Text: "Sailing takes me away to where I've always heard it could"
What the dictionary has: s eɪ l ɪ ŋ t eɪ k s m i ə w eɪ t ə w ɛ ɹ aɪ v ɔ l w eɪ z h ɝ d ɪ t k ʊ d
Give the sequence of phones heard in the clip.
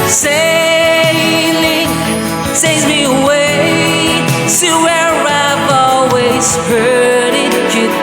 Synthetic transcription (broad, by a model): s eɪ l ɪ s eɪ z m i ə w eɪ s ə w ɛ ɹ aɪ v ɔ l w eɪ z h ɝ d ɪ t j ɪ